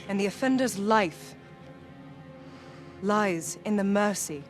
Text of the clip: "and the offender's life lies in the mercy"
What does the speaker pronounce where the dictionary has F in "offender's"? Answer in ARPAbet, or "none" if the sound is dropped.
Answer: F